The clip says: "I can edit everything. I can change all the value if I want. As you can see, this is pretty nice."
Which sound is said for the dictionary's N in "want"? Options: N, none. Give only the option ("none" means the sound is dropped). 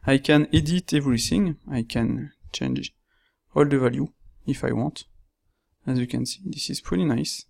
N